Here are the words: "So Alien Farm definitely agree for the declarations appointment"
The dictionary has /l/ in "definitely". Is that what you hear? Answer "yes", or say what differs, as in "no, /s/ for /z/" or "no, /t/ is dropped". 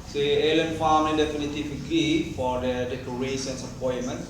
no, /l/ is dropped